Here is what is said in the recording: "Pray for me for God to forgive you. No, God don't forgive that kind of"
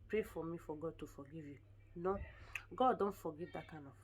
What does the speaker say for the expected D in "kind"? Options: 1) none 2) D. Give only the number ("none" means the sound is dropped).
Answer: 1